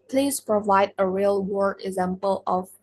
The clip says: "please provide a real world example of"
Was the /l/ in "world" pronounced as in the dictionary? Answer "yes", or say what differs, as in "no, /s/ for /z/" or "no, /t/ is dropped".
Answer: no, /l/ is dropped